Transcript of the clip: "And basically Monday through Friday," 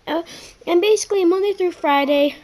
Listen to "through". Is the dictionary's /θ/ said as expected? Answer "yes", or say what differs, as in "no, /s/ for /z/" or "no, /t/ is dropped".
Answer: yes